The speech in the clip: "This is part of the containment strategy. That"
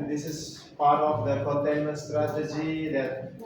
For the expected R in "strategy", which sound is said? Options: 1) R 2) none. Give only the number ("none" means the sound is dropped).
1